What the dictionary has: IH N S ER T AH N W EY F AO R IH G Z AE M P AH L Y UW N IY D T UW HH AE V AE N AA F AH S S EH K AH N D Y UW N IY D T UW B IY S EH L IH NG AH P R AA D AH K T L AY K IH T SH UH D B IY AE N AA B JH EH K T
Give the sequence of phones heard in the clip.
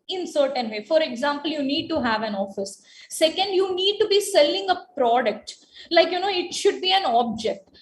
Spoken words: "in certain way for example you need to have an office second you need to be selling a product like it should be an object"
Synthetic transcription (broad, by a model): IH N S ER T AH N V EY F AO R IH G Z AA M P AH L Y UW N IY D T UW HH AE V AE N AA F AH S S EH K AH N D Y UW N IY D T UW B IY S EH L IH NG AH P R AA D AH K T L AY K IH T SH UH D B IY AE N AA B JH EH K T